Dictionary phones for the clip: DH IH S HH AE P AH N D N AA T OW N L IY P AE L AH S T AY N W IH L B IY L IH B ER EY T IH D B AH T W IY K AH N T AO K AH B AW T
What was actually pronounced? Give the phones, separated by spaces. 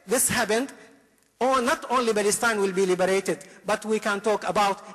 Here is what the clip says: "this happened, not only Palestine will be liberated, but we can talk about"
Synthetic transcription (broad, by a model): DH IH S HH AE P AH N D N AA T OW N L IY B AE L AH S T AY N W IH L B IY L IH B ER EY T IH D B AH T W IY K AH N T AO K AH B AW T